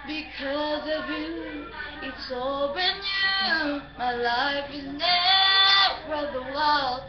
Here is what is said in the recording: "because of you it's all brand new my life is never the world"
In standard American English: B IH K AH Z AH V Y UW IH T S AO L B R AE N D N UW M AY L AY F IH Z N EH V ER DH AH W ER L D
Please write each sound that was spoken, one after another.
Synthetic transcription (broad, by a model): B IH K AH Z AH V Y UW IH T S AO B IH N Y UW M AY L AY F IH Z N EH F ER DH AH W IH L